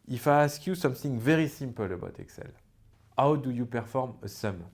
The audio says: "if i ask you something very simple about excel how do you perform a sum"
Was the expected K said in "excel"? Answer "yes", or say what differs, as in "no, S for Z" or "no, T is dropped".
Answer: yes